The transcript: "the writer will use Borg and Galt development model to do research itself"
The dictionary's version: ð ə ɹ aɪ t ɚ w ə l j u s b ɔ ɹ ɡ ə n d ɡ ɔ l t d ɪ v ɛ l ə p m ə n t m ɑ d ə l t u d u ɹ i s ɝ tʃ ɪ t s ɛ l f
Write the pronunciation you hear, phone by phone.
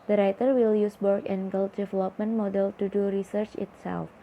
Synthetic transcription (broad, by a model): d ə ɹ aɪ t ɚ w ə l j u s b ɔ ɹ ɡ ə n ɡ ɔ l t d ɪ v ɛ l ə p m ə n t m ɑ d ə l t u d u ɹ i s ɝ tʃ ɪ t s ɛ l f